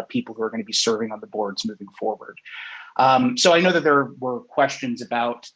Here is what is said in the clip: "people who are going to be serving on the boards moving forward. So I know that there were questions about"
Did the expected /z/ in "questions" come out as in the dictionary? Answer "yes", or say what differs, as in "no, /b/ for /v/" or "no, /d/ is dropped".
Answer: yes